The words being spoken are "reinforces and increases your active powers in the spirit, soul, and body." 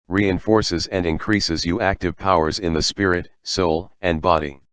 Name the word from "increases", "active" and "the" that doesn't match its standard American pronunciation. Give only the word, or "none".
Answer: none